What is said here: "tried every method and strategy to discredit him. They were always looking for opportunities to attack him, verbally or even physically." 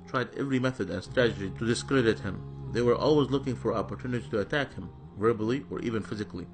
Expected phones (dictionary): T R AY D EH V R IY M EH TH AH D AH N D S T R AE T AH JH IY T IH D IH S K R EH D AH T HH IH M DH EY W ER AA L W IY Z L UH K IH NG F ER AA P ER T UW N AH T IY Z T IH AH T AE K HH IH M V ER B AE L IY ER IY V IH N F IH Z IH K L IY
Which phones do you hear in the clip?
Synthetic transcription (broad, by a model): T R AY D EH V R IY M EH TH AH D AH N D S T R AE T AH JH IY T IH D IH S K R EH D AH T HH IH M DH EY W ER AA L W IY Z L UH K IH NG F ER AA P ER T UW N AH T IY T IH AH T AE K HH IH M V ER B L IY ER IY V IH N F IH Z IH K L IY